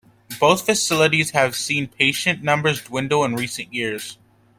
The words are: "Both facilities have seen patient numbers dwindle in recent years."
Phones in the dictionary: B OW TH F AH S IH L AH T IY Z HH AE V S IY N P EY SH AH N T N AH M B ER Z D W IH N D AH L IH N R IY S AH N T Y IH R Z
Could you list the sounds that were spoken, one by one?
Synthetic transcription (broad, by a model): B OW TH F AH S IH L AH T IY Z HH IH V S IY N P EY SH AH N N AH M B ER Z D W IH N D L IH N R IY S AH N T Y IH R Z